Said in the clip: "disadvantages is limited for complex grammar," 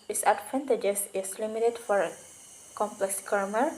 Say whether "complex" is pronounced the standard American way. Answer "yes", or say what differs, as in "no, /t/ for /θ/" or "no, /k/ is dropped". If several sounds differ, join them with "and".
yes